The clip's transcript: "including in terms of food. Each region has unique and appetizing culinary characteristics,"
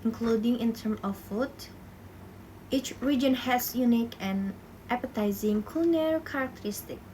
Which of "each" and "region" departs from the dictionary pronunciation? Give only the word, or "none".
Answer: none